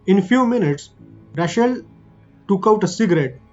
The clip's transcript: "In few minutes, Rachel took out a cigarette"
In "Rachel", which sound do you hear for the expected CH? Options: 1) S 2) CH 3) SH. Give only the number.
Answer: 3